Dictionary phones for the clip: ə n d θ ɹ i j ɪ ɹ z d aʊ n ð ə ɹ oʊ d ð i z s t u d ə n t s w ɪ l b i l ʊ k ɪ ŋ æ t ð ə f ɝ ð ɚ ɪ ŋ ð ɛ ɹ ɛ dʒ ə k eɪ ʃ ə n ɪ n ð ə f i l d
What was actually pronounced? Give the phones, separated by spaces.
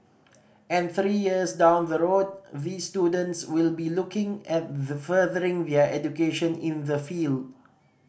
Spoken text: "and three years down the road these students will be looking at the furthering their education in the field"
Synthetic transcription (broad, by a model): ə n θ ɹ i j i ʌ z d aʊ n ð ə ɹ oʊ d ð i s t u d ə n t s w ɪ l b i l ʊ k ɪ ŋ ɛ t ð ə f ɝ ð ɚ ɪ ŋ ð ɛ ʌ ɛ dʒ ə k eɪ ʃ ə n ɪ n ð ə f i l d